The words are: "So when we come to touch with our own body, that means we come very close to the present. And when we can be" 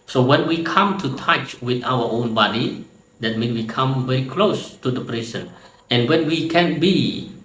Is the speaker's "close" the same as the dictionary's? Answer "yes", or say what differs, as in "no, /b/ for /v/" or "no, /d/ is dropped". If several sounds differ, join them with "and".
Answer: yes